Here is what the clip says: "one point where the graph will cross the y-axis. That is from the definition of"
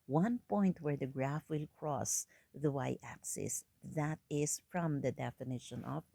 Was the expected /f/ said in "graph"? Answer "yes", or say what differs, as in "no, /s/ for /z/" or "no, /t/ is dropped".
yes